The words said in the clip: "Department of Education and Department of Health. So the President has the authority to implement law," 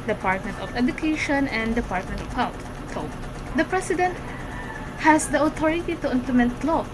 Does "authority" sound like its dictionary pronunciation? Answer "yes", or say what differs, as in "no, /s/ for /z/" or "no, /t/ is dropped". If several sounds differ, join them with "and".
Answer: no, /t/ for /θ/